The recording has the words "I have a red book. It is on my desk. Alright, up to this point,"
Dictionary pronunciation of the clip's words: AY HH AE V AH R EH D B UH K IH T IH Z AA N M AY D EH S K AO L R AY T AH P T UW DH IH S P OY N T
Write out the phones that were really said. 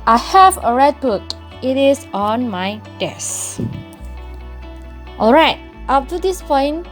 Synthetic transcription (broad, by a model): AY HH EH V AH R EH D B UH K IH T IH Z AA N M AY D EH S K AO L R AY T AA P T UW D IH S P OY N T